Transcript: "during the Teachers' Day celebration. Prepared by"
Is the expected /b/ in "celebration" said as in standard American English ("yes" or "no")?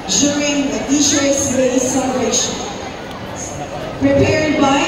no